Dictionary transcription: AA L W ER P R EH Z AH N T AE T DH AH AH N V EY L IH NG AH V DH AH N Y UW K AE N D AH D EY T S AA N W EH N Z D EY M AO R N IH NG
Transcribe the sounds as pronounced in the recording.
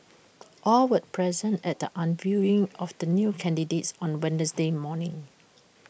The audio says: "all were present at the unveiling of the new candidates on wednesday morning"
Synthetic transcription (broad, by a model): AA L W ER P R EH Z AH N T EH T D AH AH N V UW IH NG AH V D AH N Y UW K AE N D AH D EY T S AA N W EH N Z D EY M AO N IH NG